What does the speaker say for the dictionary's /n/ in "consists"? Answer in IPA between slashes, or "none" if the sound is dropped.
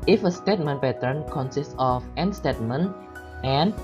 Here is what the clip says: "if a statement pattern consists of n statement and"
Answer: /n/